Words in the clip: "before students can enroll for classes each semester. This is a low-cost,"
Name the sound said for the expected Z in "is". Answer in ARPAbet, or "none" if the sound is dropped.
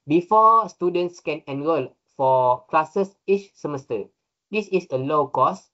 S